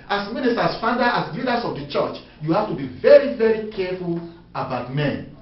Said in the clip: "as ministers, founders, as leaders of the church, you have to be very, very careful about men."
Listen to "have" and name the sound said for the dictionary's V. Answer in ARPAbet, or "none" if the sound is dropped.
F